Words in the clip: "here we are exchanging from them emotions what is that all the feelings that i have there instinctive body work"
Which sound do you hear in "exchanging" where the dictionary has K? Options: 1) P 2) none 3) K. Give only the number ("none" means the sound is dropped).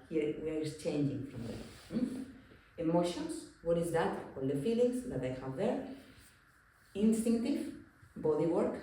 2